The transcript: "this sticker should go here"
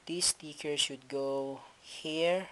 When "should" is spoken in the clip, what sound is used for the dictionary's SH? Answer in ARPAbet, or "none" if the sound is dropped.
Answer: S